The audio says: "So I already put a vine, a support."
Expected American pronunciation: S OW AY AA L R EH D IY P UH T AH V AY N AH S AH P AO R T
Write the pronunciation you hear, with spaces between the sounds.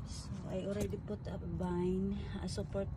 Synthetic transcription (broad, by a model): S OW AY AA L R EH D IY P UH T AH B AY N AH S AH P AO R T